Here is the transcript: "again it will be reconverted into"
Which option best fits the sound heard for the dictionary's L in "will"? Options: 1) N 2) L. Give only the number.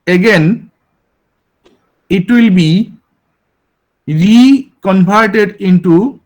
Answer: 2